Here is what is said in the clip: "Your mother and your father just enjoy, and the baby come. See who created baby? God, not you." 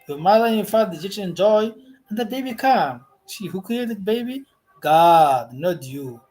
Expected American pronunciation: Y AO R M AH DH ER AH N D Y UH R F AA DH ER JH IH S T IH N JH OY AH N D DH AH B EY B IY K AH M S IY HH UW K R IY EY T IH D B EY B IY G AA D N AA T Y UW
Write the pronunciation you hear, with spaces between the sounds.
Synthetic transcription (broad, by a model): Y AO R M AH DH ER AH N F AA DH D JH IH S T IH N JH OY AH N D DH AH B EY B IY K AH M SH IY HH UW K R IY EY T IH D B EY B IY G AA D N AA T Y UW